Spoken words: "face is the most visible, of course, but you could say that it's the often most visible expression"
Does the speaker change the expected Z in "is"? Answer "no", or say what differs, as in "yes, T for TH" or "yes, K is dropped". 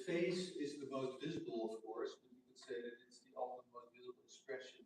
no